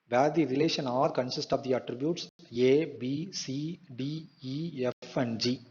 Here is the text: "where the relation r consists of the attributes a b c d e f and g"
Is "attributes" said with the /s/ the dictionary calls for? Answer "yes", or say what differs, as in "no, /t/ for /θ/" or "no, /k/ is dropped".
yes